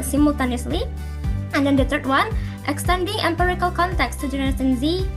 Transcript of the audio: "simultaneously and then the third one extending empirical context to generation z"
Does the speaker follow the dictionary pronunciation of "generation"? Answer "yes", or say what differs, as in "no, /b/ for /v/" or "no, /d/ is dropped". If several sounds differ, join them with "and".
no, /s/ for /ʃ/